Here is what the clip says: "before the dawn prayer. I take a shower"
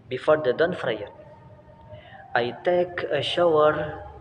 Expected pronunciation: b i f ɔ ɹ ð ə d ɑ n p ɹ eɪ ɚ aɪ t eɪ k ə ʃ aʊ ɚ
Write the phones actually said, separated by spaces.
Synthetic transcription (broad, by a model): b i f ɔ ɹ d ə d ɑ n f ɹ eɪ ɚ aɪ t eɪ k ə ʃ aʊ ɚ